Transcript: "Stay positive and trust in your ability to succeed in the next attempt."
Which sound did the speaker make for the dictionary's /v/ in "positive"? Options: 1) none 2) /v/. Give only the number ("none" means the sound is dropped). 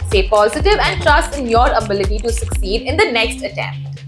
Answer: 2